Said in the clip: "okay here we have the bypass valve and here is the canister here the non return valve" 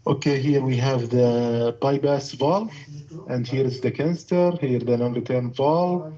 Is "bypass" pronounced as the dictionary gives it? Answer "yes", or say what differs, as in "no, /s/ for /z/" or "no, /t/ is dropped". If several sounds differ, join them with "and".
no, /b/ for /p/